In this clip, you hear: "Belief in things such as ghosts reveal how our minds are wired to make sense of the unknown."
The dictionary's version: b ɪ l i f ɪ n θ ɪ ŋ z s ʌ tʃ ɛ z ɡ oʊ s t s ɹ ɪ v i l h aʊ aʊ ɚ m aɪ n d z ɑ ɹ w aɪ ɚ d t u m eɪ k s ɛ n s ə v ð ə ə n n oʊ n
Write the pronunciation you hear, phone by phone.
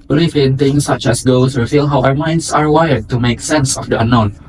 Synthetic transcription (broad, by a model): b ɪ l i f ɪ n t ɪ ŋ s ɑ tʃ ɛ s ɡ oʊ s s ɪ f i l h aʊ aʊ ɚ m aɪ n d s ɑ ɹ w aɪ ɚ d t u m eɪ k s ɛ n s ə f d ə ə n n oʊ n